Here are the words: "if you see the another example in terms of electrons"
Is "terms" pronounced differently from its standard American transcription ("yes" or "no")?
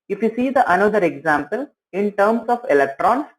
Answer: yes